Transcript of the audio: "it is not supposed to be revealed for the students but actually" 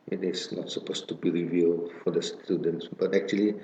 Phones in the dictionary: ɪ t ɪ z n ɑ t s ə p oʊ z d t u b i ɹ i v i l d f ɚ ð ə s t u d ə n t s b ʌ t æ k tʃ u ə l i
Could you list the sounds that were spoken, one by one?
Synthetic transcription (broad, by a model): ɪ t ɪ s n ɑ t s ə p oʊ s t u b i ɹ i v i l d f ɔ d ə s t u d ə n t s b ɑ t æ k tʃ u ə l i